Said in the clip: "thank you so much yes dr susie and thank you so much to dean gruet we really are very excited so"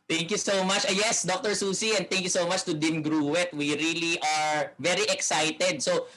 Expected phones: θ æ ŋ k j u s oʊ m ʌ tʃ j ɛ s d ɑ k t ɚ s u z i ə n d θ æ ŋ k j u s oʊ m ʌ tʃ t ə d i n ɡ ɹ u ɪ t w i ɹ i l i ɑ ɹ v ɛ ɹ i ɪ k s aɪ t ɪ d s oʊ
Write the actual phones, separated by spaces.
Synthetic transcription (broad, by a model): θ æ ŋ k j u s oʊ m ʌ tʃ j ɛ s d ɑ k t ɚ s u s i ə n d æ ŋ k j u s oʊ m ʌ tʃ t ə d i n ɡ ɹ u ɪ t w i ɹ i l i ɑ ɹ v ɛ ɹ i ɪ k s aɪ t ɪ d s oʊ